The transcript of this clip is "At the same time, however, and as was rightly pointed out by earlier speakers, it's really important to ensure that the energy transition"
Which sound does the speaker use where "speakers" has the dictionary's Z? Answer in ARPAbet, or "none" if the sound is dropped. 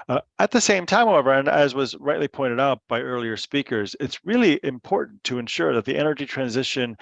Z